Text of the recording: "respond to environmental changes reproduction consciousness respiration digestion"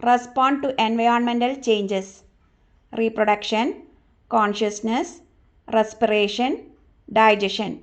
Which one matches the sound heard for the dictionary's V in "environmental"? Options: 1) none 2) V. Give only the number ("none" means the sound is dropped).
2